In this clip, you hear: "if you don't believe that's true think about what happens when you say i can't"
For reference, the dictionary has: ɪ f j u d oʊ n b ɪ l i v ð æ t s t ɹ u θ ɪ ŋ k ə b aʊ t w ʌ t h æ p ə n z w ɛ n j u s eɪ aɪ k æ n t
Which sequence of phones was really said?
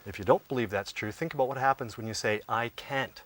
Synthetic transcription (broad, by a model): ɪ f j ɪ d oʊ n b ɪ l i v ð æ t s t ɹ u θ ɪ ŋ k ə b aʊ t w ʌ t h æ p ə n z w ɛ n j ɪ s eɪ aɪ k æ n t